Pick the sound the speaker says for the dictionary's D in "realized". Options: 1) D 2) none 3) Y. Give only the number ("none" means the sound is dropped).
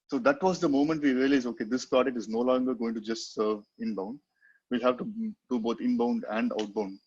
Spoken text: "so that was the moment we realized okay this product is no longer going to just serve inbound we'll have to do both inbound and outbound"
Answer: 2